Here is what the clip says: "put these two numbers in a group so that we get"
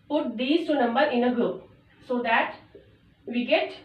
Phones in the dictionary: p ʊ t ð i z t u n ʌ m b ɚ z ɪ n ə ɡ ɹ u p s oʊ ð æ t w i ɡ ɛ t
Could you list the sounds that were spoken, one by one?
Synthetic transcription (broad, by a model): p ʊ t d i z t u n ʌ m b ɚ ɪ n ə ɡ ɹ u p s oʊ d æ t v i ɡ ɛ t